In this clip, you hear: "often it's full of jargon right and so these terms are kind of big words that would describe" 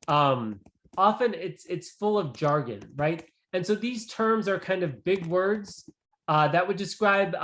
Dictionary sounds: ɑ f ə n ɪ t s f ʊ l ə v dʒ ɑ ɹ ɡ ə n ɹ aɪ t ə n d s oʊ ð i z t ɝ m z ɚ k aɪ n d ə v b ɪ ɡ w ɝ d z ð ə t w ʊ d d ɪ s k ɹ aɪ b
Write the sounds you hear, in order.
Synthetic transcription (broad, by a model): ɑ f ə n ɪ t s f ʊ l ə v dʒ ɑ ɹ ɡ ə n ɹ aɪ t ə n s oʊ ð i z t ɝ m z ɚ k aɪ n d ə v b ɪ ɡ w ɝ d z ð ə t w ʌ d d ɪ s k ɹ aɪ b